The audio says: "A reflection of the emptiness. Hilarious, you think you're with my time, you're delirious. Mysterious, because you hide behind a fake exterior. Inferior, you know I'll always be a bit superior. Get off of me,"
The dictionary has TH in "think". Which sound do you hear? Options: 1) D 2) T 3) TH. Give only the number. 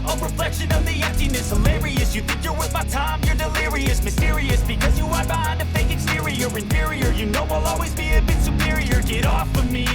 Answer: 3